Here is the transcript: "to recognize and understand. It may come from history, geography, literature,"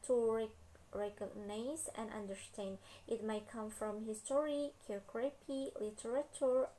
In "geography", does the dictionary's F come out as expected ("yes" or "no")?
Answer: no